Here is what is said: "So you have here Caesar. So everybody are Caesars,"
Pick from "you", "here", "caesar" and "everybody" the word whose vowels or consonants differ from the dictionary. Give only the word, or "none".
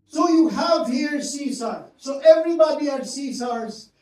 caesar